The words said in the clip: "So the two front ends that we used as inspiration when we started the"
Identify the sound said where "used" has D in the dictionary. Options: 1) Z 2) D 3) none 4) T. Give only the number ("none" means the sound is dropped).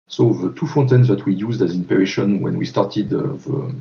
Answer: 2